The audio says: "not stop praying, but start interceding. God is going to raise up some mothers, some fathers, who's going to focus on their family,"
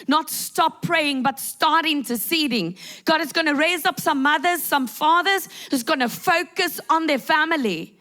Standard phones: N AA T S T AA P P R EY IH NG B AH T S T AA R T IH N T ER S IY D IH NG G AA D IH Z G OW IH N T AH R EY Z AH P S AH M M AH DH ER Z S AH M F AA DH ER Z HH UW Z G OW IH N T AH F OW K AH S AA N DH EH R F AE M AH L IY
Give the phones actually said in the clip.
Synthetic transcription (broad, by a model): N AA T S T AA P P R EY IH NG B AH T S T AA R T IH N T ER S IY D IH NG G AA D IH Z G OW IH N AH R EY Z AH P S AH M M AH DH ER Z S AH M F AA DH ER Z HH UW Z G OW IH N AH F OW K AH S N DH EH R F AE M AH L IY